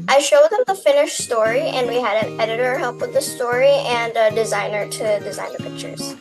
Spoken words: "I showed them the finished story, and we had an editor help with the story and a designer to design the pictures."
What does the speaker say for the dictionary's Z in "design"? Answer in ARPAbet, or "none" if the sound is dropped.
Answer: Z